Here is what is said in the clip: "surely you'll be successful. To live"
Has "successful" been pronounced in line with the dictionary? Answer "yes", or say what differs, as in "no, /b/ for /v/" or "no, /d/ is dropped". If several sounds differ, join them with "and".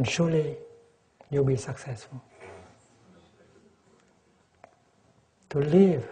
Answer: yes